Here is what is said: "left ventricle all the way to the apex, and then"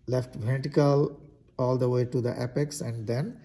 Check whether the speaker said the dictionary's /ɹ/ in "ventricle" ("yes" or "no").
no